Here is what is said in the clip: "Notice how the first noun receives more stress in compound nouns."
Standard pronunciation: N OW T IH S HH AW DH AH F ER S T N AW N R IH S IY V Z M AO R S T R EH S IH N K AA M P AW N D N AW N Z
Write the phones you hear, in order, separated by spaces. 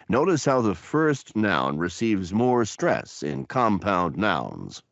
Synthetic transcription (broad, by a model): N OW T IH S HH AW DH AH F ER S T N AW N R IH S IY V Z M AO R S T R EH S IH N K AA M P AW N D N AW N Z